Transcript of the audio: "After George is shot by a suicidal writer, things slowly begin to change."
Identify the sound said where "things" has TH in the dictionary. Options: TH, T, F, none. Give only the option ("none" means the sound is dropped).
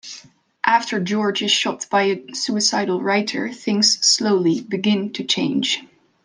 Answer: TH